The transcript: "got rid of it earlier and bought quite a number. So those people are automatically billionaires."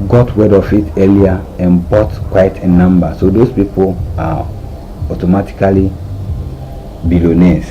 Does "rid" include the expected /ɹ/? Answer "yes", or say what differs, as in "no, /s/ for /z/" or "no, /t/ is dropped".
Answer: no, /w/ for /ɹ/